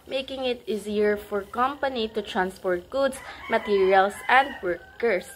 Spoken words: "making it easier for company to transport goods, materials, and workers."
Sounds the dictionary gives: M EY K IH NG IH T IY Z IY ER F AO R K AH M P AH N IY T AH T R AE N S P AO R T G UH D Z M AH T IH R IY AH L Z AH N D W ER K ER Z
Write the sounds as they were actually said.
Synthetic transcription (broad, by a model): M EY K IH NG IH T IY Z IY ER F AO R K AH M P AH N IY T AH T R AE N S P AO R T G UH D S M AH T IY R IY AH L S AH N D W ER K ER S